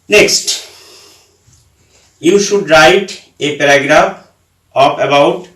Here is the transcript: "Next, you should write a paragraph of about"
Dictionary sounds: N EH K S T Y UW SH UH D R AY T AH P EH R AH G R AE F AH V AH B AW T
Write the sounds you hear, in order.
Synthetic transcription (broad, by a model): N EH K S T Y UW SH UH D R AY T AH P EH R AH G R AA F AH P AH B AW T